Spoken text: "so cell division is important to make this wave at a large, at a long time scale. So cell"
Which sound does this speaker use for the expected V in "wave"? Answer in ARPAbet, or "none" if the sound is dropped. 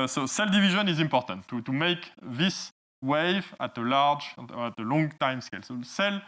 V